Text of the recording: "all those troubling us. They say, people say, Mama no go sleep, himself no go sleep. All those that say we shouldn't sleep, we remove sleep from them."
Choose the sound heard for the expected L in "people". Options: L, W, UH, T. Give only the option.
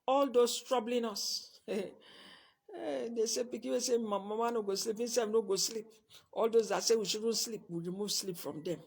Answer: W